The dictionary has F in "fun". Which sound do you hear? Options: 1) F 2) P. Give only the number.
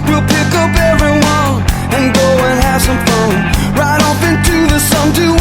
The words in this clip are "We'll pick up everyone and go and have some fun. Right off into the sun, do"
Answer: 2